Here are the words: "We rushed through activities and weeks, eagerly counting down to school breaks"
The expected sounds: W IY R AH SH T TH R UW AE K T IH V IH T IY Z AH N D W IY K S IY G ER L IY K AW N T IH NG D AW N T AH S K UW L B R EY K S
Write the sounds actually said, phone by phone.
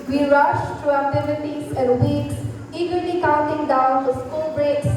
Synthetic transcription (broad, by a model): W IY R AH SH T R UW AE T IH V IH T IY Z AH N D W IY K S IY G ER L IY K AW N T IH NG D AW N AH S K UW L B R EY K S